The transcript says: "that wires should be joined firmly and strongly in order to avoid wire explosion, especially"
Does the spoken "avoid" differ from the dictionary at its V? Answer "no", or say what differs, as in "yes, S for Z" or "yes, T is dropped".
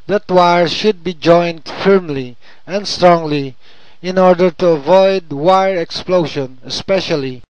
no